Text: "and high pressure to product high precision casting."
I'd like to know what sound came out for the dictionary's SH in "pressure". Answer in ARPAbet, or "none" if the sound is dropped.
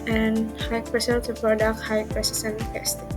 S